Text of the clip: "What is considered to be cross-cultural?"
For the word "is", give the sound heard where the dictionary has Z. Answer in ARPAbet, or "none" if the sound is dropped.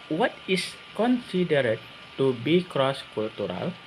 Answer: S